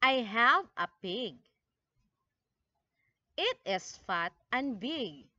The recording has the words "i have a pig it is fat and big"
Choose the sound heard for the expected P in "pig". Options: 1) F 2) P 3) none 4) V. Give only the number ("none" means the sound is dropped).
2